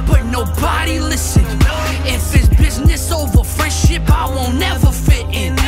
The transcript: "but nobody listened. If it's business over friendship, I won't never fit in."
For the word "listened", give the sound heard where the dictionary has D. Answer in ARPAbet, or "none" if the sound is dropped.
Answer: none